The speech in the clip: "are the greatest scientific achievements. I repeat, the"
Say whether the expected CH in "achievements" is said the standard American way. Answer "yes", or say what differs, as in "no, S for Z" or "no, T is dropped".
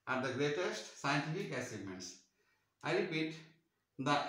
no, S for CH